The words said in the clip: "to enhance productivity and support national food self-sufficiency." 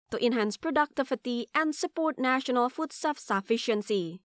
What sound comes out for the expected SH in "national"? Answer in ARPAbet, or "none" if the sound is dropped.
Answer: SH